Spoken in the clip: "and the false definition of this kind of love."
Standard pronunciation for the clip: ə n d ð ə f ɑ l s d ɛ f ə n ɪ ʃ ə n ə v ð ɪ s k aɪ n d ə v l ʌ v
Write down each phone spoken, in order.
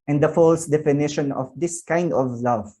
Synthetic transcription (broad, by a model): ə n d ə f ɑ l s d ɛ f ə n ɪ ʃ ə n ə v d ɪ s k aɪ n d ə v l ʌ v